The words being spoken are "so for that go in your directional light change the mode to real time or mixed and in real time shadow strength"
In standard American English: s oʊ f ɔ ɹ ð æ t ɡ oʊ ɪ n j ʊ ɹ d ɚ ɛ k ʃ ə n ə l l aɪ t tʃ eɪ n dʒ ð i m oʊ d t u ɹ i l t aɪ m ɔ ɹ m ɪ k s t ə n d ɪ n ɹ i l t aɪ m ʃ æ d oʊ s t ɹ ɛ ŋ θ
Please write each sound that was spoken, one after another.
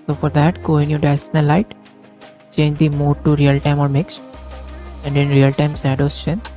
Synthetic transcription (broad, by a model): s oʊ f ɔ ɹ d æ t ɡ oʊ ɪ n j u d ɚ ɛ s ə n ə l l aɪ t tʃ eɪ n dʒ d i m oʊ d t u ɹ i l t aɪ m ɔ ɹ m ɪ k s t ə n d ɪ n ɹ i l t aɪ m s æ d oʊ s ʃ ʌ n